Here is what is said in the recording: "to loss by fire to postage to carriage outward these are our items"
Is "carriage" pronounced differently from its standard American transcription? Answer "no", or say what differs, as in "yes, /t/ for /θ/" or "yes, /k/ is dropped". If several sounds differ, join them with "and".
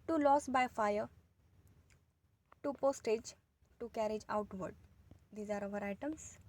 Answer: no